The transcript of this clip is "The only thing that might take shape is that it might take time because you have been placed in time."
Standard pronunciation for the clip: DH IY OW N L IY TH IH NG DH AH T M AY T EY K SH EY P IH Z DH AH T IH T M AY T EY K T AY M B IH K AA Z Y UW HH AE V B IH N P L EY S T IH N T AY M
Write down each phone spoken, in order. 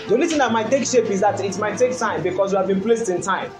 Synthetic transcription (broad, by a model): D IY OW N L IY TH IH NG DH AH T M AY T EY K SH EY P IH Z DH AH T IH T M AY T EY K T AY M B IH K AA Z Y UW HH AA V B IH N P L EY S T IH N T AY M